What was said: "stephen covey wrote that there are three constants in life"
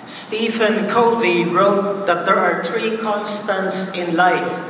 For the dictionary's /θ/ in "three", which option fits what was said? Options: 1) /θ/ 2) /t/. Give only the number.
2